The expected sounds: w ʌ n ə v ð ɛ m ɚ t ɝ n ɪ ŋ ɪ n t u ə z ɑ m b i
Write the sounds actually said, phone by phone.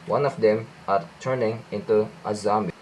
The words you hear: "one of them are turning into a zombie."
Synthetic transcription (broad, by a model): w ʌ n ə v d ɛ m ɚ t ɝ n ɪ ŋ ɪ n t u ə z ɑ m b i